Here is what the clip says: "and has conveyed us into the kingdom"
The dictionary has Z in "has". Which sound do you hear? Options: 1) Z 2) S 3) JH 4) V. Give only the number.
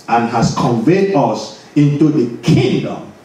2